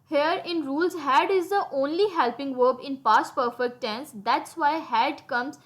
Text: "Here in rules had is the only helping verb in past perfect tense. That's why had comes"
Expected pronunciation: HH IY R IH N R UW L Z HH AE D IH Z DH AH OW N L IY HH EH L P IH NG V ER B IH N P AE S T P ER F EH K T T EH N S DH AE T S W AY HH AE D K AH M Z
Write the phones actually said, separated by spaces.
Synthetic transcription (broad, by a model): HH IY R IH N R UW L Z HH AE D IH Z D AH OW N L IY HH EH L P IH NG V ER B IH N P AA S T P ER F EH K T T EH N S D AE T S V AY HH AE D K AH M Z